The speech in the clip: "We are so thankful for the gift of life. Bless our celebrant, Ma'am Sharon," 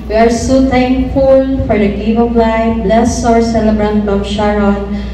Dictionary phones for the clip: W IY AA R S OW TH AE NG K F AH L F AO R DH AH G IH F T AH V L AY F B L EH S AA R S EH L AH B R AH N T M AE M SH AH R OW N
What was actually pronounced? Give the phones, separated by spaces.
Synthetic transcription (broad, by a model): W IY AA R S OW T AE NG K F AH L F AO R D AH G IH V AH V L AY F B L EH S AA R S EH L AH B R AH N T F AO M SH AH R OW N